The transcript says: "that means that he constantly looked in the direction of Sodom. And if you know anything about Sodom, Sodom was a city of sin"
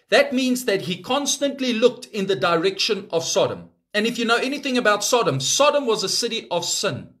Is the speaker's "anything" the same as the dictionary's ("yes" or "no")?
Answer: yes